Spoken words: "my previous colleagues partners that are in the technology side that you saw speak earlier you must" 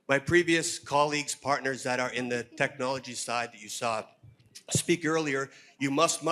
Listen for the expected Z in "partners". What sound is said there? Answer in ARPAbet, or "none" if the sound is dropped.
Z